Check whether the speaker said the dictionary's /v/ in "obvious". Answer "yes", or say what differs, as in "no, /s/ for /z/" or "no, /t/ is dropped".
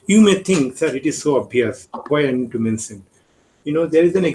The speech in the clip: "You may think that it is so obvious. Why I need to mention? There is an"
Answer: no, /v/ is dropped